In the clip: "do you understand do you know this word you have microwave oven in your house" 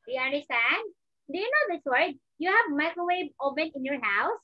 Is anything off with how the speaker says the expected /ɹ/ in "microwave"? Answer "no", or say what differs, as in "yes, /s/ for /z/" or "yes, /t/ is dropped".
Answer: yes, /ɹ/ is dropped